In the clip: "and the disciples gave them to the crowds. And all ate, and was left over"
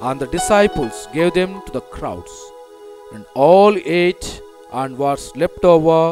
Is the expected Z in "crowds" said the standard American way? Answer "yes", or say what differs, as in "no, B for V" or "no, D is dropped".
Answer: no, S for Z